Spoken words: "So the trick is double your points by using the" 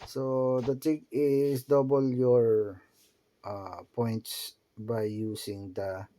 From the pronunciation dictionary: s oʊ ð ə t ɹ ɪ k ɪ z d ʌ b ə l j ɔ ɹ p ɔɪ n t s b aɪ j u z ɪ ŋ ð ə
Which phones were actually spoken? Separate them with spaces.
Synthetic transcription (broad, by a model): s oʊ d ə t ɪ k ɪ s d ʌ b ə l j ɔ ɹ p ɔɪ n t s b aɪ j u s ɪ ŋ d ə